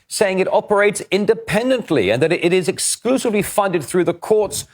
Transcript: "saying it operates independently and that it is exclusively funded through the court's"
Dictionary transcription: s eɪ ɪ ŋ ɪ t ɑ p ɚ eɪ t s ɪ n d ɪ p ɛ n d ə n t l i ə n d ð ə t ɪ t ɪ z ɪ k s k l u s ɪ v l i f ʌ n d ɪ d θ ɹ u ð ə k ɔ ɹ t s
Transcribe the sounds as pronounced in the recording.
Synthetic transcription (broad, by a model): s eɪ ɪ ŋ ɪ t ɑ p ɚ eɪ t s ɪ n d ɪ p ɛ n d ə n t l i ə n ð ə t ɪ t ɪ z ɪ k s k l u s ɪ v l i f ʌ n d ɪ d θ ɹ u ð ə k ɔ ɹ t s